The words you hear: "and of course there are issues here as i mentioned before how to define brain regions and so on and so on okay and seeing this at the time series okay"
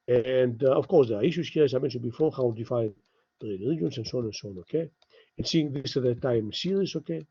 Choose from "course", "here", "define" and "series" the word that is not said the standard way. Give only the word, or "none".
series